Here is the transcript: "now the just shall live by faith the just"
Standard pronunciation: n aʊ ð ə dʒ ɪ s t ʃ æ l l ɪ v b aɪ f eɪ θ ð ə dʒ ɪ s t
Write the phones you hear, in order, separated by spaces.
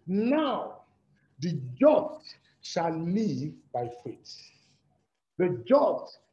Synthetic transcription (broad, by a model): n aʊ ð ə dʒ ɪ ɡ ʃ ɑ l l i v b aɪ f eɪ t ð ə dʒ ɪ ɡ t